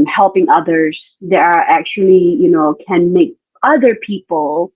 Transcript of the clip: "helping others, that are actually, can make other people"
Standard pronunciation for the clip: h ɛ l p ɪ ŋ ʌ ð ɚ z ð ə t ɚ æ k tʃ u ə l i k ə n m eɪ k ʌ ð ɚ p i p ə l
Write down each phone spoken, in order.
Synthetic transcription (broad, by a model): h ɛ l p ɪ ŋ ʌ ð ɚ z ð ə t ɚ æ k tʃ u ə n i k ə n m eɪ k ʌ ð ɚ p i p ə l